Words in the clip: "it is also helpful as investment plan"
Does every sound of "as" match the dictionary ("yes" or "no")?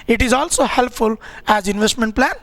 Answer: yes